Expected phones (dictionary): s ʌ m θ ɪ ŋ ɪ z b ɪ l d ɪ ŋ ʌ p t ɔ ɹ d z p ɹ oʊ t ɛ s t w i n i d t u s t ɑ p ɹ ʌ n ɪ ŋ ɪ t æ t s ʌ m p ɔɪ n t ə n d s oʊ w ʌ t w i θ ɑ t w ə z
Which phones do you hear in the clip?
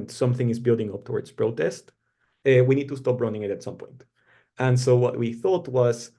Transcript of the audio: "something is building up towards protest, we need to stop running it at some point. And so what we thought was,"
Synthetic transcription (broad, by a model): s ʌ m θ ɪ ŋ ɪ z b ɪ l d ɪ ŋ ʌ p t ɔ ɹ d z p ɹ oʊ t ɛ s t w i n i d t u s t ɑ p ɹ ʌ n ɪ ŋ ɪ t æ t s ʌ m p ɔɪ n t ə n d s oʊ w ʌ t w i θ ɑ t w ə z